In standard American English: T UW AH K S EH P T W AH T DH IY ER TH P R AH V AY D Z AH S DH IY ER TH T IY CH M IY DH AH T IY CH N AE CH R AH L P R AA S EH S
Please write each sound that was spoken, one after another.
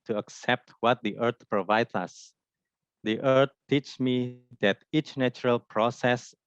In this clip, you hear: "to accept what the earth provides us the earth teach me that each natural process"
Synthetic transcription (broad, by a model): T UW AH K S EH P T W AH T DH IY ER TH P R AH V AY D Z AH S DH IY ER T T IY CH M IY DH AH T IY CH N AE CH R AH L P R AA S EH S